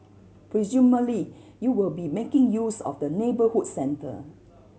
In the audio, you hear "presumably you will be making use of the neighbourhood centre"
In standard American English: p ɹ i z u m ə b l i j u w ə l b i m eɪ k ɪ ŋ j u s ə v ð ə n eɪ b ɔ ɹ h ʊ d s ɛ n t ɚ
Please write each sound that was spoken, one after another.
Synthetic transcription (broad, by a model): p ɹ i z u m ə l i j u w ə l b i m eɪ k ɪ ŋ j u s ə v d ə n eɪ b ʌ h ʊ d s ɛ n t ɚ